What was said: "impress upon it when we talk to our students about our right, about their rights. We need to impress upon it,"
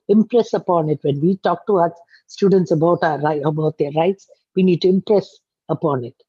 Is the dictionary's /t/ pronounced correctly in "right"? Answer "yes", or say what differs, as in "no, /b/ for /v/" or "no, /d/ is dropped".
no, /t/ is dropped